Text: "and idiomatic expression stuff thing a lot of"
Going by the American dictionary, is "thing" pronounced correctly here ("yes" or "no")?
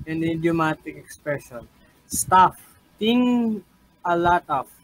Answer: no